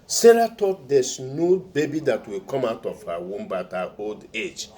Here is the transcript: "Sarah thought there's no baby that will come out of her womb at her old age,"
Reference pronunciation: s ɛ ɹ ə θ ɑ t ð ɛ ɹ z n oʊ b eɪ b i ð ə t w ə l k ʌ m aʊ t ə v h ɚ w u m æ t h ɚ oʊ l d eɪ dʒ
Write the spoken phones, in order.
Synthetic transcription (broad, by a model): s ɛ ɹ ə t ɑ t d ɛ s n oʊ b eɪ b i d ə t w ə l k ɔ m aʊ t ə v h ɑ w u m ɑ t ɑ oʊ l d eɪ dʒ